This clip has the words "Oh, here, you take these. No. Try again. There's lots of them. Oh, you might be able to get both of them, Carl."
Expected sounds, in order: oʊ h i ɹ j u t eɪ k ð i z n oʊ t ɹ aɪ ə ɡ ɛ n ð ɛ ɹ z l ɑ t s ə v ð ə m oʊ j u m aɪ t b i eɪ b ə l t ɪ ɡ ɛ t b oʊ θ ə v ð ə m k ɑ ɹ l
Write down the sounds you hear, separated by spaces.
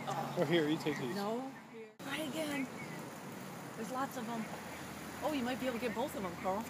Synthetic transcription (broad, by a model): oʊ h i ɹ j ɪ t eɪ k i n oʊ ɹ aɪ ə ɡ ɛ n ð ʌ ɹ z l ɑ t s ə v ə m oʊ j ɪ m aɪ t b i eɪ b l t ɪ ɡ ɛ t b oʊ θ ə v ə m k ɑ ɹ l